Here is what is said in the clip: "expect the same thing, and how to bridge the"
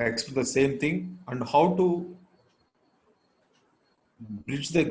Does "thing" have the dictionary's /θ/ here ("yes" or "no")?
no